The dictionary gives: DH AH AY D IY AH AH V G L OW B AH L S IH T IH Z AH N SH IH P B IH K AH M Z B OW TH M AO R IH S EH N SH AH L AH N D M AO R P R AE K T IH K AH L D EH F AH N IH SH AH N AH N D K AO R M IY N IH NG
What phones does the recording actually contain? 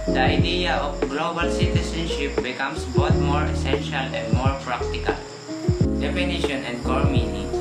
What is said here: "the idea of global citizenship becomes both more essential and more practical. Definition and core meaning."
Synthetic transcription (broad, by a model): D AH AY D IY AH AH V G L OW B AH L S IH T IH S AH N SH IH P B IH K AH M S B OW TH M AO R IH S EH N SH AH L AH N D M AO R P R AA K T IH K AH L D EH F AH N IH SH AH N AH N D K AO R M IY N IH